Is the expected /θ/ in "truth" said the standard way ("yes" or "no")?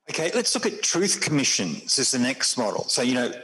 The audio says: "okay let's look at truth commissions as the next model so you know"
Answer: yes